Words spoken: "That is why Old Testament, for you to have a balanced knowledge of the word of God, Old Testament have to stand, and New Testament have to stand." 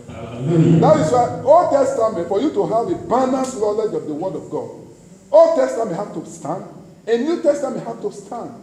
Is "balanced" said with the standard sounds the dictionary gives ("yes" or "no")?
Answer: no